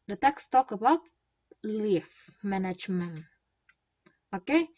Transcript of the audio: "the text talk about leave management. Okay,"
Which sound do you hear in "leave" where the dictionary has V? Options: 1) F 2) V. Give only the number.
1